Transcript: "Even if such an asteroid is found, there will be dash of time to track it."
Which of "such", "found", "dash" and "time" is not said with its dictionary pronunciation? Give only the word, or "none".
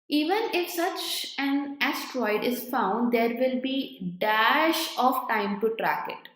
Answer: none